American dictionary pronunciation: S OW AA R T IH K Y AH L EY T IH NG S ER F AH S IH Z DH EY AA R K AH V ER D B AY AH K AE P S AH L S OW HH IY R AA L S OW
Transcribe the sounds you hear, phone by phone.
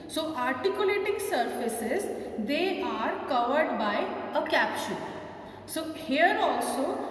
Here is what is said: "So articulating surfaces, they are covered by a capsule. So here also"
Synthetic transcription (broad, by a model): S OW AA R T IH K Y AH L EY T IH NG S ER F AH S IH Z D EY AA R K AH V ER D B AY AH K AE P SH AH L S OW HH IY R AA L S OW